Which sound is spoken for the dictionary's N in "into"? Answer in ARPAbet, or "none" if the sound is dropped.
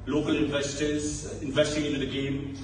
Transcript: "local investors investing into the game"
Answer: none